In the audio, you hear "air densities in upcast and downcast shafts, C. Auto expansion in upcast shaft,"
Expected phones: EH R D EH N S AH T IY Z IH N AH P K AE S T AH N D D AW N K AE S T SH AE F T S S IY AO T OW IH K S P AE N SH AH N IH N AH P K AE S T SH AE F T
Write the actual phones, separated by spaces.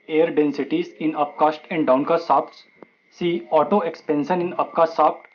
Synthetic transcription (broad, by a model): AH R D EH N S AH T IY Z IH N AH P K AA S T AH N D D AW N K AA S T S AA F T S S IY AO T OW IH K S P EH N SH AH N IH N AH P K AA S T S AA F T